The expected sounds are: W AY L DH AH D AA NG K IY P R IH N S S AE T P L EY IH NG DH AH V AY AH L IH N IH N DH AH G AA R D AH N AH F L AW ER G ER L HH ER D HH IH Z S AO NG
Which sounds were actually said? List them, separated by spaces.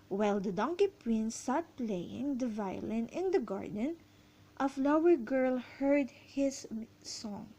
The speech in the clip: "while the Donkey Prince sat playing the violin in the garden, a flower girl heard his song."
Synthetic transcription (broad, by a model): W AY L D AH D AA NG K IY P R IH N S S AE T P L EY IH NG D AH V AY AH L IH N IH N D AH G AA R D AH N AH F L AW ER G ER L HH ER D HH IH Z S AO NG